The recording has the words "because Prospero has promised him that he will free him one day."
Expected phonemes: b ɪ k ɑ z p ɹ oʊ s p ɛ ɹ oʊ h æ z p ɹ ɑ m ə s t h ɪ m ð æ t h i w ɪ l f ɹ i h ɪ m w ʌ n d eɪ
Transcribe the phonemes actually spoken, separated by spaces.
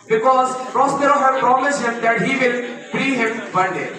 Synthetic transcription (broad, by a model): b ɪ k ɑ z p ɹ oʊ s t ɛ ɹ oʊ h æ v p ɹ ɑ m ə s t h ɪ m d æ t h i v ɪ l p ɹ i h ɪ m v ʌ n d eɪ